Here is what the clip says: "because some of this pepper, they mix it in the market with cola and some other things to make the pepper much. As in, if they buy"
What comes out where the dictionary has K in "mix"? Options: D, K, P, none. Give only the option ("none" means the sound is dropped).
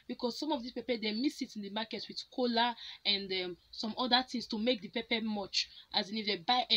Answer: none